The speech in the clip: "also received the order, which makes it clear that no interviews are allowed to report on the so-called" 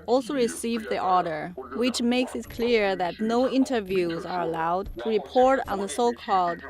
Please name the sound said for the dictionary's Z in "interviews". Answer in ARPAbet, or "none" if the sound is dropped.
Z